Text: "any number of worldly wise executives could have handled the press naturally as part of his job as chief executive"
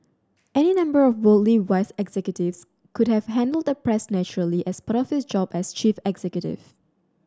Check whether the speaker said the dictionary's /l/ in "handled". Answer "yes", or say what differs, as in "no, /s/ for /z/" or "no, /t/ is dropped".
yes